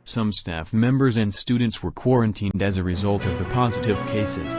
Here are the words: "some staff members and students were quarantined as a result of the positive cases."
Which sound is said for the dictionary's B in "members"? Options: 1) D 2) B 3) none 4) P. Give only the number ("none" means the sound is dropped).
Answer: 2